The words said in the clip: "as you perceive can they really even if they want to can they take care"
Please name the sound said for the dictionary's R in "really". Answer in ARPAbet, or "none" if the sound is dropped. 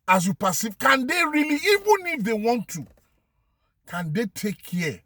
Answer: R